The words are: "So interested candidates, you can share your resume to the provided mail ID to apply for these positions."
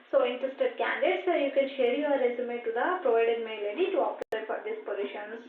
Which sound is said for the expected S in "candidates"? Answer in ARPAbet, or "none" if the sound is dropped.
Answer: none